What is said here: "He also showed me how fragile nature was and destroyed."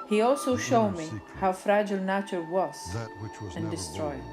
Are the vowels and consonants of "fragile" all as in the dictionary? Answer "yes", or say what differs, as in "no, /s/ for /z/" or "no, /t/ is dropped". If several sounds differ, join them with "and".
yes